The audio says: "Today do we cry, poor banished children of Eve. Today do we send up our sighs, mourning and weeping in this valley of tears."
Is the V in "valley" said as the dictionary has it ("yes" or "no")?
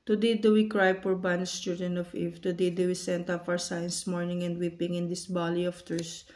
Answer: no